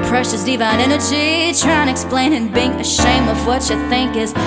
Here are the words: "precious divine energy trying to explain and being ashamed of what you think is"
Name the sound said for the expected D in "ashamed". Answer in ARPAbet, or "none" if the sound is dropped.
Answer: none